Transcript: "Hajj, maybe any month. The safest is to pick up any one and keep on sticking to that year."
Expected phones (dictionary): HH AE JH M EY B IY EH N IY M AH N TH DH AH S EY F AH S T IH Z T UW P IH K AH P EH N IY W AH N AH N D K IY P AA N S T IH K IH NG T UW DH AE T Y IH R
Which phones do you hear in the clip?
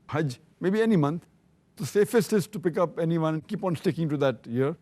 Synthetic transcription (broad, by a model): HH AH JH M EY B IY EH N IY M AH N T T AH S EY F AH S T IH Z T UW P IH K AH P EH N IY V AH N AH N D K IY P AA N S T IH K IH NG T UW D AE T Y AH R